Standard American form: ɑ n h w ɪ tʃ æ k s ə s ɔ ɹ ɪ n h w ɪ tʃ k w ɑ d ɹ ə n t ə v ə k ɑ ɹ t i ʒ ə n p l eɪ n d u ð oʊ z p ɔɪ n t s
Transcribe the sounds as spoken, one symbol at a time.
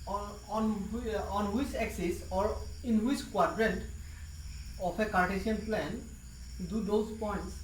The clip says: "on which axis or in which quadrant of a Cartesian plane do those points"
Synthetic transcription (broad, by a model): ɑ n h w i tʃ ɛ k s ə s ɔ ɹ ɪ n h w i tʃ k w ɑ d ɹ ə n t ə p ə k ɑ ɹ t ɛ s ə n p l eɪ n d u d oʊ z p ɔɪ n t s